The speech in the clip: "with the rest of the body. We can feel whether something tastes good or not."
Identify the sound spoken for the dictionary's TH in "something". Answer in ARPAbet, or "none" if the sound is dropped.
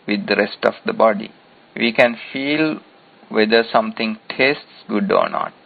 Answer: T